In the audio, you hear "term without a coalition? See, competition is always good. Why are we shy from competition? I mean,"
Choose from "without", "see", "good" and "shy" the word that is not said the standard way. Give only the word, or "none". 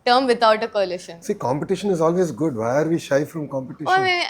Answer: without